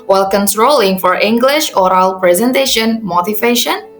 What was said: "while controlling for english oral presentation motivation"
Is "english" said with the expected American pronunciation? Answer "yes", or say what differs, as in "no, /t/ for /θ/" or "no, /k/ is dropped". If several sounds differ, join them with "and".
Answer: yes